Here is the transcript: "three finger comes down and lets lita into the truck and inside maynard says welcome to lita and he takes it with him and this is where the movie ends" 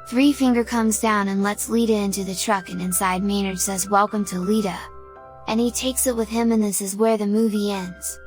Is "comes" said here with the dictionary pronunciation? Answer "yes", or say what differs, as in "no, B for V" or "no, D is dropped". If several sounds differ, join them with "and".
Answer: yes